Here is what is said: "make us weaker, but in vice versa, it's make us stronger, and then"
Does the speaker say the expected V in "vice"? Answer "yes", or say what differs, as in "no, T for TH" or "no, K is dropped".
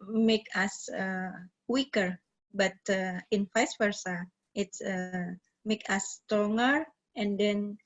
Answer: no, F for V